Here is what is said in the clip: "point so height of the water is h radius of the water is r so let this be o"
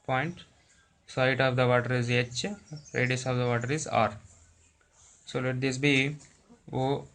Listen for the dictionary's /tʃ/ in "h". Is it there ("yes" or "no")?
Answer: yes